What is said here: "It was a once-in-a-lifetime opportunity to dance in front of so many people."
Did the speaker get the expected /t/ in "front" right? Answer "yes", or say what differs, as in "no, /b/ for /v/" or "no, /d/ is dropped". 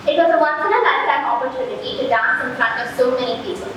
no, /t/ is dropped